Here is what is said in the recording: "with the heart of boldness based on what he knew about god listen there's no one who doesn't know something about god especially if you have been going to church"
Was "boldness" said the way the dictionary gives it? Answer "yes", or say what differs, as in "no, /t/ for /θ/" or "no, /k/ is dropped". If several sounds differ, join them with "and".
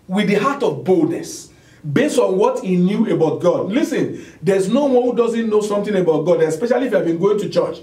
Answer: yes